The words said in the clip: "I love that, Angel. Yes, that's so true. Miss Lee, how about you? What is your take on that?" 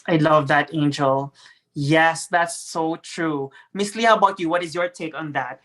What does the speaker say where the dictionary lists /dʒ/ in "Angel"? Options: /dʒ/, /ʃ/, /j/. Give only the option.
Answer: /dʒ/